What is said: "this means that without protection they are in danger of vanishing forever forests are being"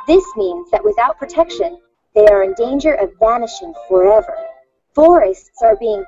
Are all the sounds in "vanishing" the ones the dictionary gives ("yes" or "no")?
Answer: yes